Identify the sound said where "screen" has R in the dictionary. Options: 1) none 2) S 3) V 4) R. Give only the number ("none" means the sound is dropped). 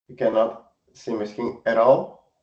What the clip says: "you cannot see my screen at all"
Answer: 1